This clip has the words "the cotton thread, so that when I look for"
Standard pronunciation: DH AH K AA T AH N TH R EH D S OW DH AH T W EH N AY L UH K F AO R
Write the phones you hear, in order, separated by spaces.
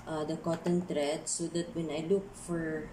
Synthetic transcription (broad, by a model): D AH K AA T AH N T R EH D S OW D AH T W EH N AY L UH K F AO R